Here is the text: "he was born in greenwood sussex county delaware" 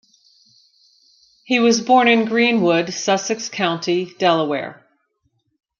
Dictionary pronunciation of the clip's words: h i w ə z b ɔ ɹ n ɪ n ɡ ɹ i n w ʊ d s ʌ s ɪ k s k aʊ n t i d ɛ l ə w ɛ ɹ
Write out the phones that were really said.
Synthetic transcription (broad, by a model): h i w ə z b ɔ ɹ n ɪ n ɡ ɹ i n w ʊ d s ʌ s ɪ k s k aʊ n t i d ɛ l ə w ɛ ɹ